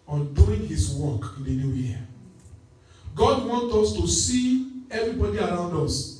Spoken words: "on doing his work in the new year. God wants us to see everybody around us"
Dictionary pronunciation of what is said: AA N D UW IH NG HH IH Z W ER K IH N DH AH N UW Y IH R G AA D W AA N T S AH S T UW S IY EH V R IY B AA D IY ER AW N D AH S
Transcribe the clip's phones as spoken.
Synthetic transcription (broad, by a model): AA N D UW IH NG HH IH S W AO K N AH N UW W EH G AA D W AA N T AO S T UW S IY EH V R IY B AA D IY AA AW N D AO S